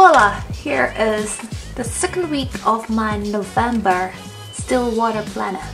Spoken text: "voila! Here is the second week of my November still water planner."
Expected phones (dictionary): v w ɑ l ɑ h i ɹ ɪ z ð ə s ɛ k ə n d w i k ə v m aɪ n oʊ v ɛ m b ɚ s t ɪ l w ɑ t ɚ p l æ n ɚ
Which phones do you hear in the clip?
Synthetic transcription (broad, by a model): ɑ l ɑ h i ɹ ɪ z ð ə s ɛ k ə n d w i k ə v m aɪ n oʊ v ɛ m b ɚ s t ɪ l w ɑ t ɚ p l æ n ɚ